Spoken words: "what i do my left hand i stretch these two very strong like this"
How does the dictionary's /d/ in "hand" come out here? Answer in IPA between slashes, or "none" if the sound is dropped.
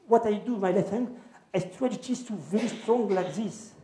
none